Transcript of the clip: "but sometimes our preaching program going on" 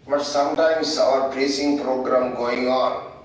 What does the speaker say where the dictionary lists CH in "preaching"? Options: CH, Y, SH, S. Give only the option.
S